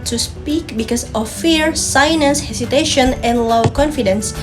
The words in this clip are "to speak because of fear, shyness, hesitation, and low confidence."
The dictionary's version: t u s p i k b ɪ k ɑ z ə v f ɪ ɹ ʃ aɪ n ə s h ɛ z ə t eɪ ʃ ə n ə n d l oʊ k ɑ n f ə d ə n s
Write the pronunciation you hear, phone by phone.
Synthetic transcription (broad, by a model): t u s p i k b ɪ k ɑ s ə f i ɹ s aɪ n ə s h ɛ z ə t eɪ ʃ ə n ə n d l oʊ k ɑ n f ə d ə n s